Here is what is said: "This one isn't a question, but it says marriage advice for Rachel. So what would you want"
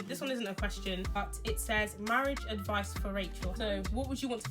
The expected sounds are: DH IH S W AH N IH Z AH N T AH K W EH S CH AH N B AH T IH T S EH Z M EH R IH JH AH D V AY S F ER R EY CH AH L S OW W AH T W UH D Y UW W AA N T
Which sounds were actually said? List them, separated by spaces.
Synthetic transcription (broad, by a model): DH IH S W AH N IH Z AH N T AH K W EH S CH AH N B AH T IH T S EH Z M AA R IH JH AH D V AY S F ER R EY CH AH L S OW W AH T W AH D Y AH W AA N T